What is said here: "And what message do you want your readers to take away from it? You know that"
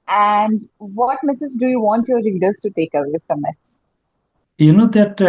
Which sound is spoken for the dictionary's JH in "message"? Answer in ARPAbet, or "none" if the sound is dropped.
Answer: Z